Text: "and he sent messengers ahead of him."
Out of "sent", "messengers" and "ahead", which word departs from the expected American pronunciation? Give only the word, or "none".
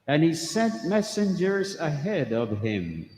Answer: none